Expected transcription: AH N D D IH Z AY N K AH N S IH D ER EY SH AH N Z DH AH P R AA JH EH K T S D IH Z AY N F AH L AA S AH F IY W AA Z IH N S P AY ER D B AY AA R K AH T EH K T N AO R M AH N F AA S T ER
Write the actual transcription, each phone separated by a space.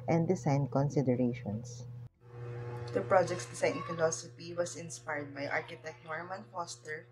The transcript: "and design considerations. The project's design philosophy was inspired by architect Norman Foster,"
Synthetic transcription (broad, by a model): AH N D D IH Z AY N K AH N S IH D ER EY SH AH N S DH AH P R AA JH EH K T S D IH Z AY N F AH L AA S AH F IY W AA S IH N S P AY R D B AY AA R K AH T EH K T N AO R M AH N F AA S T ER